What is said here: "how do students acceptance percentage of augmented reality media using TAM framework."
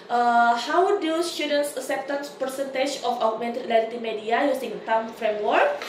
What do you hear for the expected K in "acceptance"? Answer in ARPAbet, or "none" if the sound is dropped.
none